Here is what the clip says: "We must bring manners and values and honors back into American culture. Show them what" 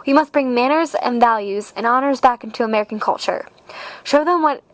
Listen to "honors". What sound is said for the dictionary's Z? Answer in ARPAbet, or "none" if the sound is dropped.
Z